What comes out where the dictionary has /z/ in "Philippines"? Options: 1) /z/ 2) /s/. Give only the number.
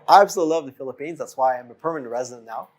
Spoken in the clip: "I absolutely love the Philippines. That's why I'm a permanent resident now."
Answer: 1